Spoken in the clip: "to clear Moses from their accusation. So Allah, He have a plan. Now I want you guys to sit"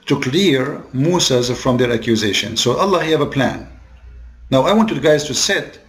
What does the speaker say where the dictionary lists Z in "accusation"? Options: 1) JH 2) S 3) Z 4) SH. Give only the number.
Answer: 3